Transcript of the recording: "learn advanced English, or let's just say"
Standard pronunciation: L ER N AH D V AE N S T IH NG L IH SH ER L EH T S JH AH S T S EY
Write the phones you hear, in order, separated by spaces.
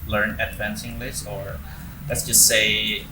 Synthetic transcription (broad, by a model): L ER N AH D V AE N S IH NG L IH S ER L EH T S JH AH S T S EY